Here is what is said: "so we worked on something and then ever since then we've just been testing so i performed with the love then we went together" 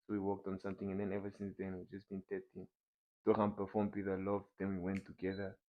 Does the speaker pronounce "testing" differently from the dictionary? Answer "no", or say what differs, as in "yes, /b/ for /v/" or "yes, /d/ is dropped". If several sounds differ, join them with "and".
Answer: yes, /s/ is dropped